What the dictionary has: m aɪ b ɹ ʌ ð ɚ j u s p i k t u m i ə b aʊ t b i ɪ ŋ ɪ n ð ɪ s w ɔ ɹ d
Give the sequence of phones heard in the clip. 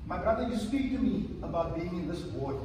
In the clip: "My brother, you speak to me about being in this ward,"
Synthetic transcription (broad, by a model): m aɪ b ɹ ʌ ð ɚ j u s p i k t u m i ə b aʊ t b i ɪ ŋ ɪ n ð ɪ s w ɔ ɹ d